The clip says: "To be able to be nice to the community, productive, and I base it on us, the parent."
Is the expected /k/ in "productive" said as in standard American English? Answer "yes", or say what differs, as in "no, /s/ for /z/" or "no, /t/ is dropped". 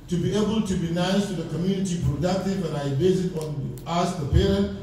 no, /k/ is dropped